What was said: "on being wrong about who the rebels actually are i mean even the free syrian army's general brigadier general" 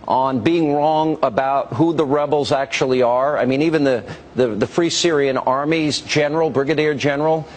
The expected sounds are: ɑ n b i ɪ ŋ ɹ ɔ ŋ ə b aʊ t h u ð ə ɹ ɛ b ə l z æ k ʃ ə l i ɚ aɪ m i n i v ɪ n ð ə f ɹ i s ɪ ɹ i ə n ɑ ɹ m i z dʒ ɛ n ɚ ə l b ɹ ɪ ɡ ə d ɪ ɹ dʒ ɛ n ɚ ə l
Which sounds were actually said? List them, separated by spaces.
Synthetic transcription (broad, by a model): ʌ n b i ɪ ŋ ɹ ɔ ŋ ə b aʊ t h u ð ə ɹ ɛ b l z æ k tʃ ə l i ɚ aɪ m i n i v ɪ n ð ə f ɹ i s ɪ ɹ i ə n ɑ ɹ m i z dʒ ɛ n ɚ l b ɹ ɪ ɡ ə d ɪ ɹ dʒ ɛ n ɚ l